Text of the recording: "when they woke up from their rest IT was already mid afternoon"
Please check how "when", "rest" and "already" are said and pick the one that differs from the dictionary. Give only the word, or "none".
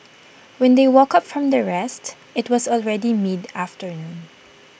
none